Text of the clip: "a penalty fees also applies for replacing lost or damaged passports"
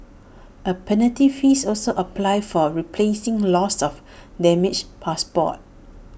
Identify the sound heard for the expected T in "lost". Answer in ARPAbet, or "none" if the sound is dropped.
none